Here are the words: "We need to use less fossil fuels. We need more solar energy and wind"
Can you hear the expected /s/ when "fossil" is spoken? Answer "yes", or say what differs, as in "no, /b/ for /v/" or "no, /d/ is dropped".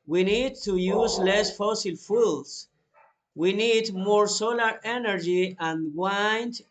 yes